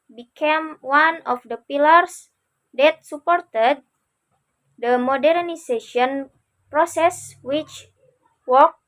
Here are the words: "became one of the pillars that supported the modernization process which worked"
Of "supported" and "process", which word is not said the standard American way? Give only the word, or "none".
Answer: none